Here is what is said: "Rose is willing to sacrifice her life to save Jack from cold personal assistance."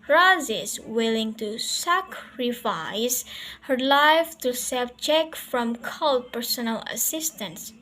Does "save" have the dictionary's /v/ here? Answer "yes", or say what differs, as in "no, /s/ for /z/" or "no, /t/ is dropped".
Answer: no, /b/ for /v/